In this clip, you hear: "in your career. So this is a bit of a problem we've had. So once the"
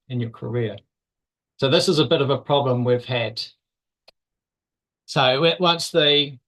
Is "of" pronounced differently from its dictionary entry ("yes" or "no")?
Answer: no